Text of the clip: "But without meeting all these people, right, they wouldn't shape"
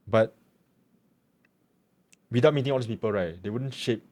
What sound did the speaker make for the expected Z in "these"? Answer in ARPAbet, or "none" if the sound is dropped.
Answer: S